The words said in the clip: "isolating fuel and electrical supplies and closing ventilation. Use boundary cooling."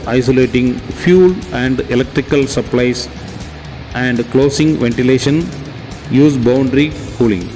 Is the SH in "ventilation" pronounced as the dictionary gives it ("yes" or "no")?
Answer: yes